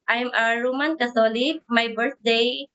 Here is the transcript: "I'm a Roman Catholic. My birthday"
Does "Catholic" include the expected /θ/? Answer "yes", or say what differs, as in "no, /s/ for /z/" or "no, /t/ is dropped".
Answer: no, /s/ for /θ/